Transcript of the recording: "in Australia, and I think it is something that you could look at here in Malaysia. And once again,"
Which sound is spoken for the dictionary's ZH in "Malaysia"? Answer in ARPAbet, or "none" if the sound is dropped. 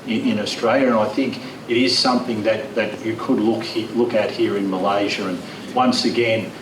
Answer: ZH